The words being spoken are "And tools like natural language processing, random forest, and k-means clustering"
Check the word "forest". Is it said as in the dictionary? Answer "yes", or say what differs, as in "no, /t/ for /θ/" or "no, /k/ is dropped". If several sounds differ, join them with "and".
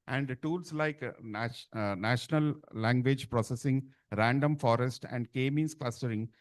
yes